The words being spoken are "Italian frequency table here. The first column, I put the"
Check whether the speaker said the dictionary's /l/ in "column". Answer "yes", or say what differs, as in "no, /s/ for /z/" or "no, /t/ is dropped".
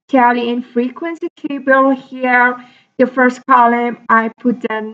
yes